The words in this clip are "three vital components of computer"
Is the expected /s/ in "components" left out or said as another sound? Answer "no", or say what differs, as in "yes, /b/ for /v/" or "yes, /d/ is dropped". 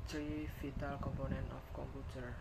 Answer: yes, /s/ is dropped